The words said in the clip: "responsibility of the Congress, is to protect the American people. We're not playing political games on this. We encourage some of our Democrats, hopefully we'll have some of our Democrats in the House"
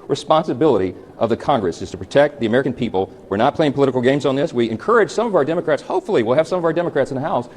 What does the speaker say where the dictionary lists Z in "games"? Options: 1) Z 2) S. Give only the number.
1